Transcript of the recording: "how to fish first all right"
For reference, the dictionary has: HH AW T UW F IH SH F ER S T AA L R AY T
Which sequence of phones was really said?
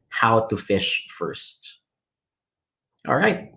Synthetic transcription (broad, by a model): HH AW T UW F IH SH F ER S T AA L R AY T